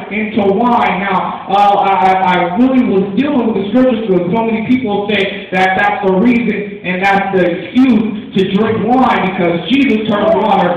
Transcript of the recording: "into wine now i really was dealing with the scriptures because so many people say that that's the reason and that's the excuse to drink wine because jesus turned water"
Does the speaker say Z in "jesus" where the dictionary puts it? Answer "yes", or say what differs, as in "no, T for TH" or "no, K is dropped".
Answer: yes